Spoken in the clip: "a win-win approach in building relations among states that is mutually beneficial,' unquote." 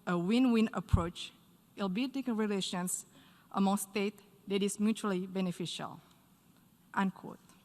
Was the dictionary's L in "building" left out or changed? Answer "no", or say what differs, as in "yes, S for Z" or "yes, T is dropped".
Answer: yes, L is dropped